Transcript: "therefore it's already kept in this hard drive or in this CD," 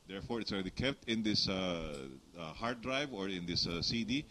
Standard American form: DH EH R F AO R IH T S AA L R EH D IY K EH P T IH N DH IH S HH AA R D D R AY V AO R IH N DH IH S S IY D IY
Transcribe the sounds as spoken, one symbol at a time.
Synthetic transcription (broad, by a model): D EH R F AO R IH T S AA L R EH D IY K EH P T IH N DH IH S HH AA R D D R AY V AO R IH N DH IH S S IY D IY